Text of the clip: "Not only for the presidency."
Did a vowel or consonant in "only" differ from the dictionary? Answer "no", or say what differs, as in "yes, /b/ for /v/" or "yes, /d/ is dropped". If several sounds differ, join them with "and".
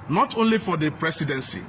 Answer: no